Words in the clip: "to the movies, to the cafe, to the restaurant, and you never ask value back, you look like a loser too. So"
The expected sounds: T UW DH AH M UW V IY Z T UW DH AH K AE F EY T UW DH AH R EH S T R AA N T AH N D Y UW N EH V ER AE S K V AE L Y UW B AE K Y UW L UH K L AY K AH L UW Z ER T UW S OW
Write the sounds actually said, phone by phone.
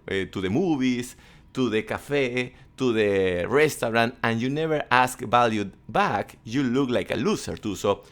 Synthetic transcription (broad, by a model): T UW DH AH M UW B IY S T UW DH AH K AE F EY T UW DH AH R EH S T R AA N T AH N Y UW N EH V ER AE S K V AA L Y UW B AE K Y UW L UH K L AY K AH L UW S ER T UW S OW